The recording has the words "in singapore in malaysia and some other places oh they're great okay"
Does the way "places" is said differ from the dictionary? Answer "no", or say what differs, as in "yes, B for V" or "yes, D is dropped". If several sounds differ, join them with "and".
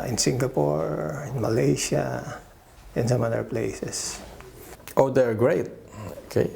yes, S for Z